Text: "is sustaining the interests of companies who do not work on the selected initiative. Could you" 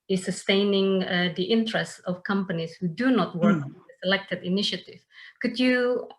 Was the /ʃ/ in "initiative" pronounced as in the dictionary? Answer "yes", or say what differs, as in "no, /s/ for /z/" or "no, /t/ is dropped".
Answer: yes